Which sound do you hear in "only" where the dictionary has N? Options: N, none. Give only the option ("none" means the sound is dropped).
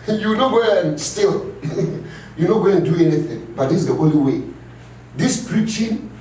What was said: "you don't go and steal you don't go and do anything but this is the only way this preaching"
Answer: none